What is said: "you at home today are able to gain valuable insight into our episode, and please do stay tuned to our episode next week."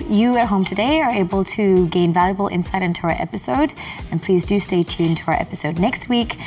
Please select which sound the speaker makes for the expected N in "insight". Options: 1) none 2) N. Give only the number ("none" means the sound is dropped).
2